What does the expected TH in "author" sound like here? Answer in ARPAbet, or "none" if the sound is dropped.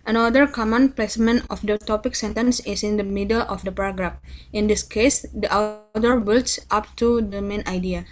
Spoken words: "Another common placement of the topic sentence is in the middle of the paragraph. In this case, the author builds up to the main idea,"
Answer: T